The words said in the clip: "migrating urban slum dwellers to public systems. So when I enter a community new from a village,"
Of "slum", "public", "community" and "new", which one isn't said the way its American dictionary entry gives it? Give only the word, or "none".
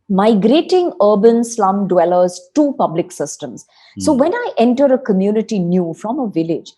none